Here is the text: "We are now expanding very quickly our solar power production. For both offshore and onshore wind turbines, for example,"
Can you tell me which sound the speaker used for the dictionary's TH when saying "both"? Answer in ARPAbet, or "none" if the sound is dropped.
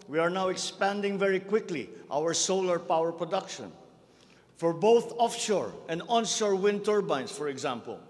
TH